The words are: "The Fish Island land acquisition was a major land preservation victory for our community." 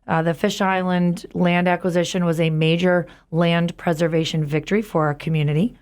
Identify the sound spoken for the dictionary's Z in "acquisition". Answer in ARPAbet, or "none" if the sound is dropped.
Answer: Z